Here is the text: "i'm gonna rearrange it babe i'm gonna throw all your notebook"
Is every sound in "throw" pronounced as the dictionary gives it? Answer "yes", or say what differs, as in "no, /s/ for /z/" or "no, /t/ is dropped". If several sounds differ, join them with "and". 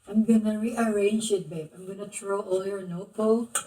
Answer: no, /t/ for /θ/